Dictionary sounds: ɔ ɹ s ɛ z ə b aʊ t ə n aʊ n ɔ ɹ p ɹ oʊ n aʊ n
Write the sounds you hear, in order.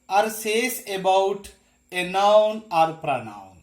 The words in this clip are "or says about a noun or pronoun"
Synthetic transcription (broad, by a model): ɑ ɹ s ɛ s ə b aʊ t ə n aʊ n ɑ ɹ p ɹ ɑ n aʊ n